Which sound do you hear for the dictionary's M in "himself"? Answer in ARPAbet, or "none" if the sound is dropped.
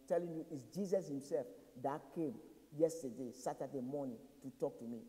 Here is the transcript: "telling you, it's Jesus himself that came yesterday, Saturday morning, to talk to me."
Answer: M